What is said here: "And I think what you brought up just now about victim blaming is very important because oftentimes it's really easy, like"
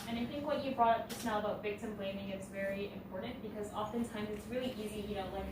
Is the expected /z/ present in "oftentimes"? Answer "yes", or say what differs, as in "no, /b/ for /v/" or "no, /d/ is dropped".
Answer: yes